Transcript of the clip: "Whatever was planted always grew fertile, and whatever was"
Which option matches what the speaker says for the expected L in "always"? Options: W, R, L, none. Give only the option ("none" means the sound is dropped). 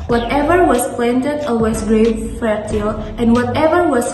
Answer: none